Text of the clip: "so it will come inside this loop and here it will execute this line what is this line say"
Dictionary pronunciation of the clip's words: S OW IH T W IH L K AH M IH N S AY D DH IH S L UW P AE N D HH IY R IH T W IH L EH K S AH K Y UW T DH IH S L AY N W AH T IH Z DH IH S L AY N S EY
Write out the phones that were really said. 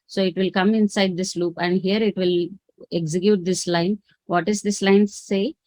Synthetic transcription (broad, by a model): S OW IH T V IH L K AH M IH N S AY D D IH S L UW P AE N D HH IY R IH T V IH L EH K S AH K Y UW T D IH S L AY N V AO T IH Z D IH S L AY N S EY